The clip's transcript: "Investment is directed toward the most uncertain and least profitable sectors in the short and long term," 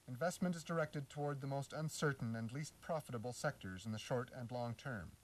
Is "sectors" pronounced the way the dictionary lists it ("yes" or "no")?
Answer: yes